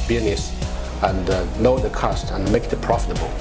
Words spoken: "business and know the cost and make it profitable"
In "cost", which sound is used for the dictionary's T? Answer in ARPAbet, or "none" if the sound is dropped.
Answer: T